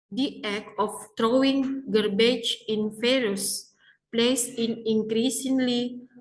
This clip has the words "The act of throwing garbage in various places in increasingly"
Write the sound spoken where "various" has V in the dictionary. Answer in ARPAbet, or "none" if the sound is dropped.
F